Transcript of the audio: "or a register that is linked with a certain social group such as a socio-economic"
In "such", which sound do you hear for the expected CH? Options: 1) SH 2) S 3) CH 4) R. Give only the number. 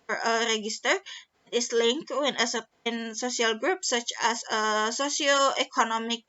3